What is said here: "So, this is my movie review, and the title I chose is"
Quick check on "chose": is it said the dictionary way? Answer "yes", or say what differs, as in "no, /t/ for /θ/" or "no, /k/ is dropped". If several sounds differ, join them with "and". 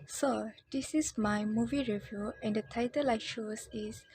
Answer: no, /ʃ/ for /tʃ/